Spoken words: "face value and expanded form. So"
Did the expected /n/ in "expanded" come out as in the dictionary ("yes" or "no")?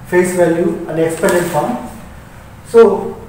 no